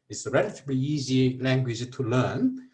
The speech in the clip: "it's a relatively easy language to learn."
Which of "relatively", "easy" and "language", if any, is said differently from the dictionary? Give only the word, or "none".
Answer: relatively